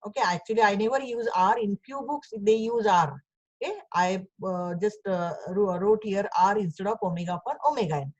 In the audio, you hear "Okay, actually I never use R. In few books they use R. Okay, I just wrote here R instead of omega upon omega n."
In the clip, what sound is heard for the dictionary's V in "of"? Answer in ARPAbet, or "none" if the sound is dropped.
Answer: P